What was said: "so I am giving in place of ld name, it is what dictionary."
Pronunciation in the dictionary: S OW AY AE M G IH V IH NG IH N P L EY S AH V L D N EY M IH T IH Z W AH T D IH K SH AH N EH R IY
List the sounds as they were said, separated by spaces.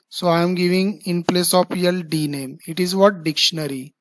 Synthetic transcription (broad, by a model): S OW AY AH M G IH V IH NG IH N P L EY S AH P L D N EY M IH T IH Z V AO T D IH K SH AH N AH R IY